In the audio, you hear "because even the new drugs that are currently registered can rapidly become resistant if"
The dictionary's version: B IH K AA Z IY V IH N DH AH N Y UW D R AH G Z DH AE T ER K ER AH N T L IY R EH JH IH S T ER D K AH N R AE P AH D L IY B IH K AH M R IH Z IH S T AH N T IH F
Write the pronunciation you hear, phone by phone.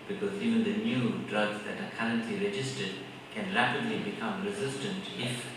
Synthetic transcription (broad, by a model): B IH K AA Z IY V IH N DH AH N Y UW D R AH G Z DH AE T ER K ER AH N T L IY R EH JH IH S T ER D K AH N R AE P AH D L IY B IH K AH M R IH Z IH S T AH N T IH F